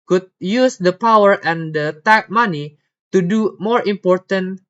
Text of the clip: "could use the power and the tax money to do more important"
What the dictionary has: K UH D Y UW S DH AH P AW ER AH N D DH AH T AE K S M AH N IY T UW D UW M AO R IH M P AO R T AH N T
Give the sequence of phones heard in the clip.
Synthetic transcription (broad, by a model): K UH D Y UW S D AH P AW ER AH N D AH T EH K M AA N IY T UW D UW M AO R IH M P AO R T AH N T